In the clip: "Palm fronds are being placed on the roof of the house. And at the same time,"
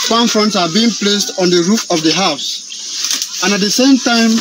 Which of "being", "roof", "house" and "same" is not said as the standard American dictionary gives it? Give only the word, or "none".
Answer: none